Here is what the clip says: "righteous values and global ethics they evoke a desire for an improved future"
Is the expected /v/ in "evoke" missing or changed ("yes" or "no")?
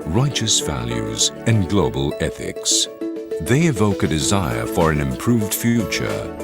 no